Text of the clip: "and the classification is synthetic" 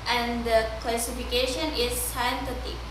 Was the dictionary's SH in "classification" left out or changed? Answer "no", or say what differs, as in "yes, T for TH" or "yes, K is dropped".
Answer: no